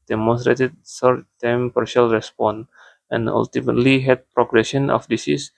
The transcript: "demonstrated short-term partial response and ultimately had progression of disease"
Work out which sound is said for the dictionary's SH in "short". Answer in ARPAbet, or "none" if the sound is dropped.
S